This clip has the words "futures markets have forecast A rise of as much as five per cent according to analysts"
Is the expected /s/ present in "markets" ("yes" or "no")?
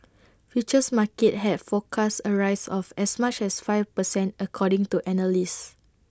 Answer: no